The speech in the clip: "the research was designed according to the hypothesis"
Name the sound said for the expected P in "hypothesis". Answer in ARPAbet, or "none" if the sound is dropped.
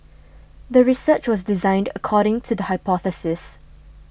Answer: P